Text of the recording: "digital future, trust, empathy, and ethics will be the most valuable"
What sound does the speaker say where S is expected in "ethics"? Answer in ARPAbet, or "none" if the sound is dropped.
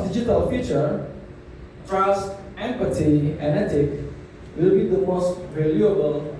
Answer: none